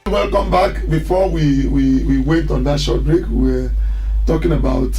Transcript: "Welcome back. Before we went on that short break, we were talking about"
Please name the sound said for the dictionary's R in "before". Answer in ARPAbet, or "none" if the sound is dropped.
W